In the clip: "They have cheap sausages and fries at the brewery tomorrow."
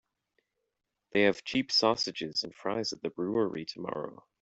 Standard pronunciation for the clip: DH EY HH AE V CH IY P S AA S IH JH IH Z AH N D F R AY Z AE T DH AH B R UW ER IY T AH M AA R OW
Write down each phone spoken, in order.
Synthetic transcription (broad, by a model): DH EY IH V CH IY P S AA S IH JH IH Z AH N F R AY Z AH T DH AH B R UW ER IY T AH M AA R OW